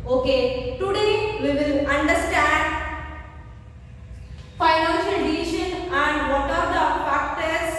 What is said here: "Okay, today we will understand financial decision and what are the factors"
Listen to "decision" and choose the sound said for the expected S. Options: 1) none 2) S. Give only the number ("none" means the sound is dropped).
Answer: 1